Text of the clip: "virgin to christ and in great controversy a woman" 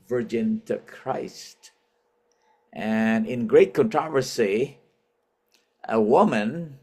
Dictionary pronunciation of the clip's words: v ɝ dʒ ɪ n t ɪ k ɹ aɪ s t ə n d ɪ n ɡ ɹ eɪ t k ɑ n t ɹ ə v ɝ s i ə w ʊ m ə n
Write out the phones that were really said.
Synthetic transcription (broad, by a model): v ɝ dʒ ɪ n t ɪ k ɹ aɪ s t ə n ɪ n ɡ ɹ eɪ t k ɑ n t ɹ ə v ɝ s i ə w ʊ m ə n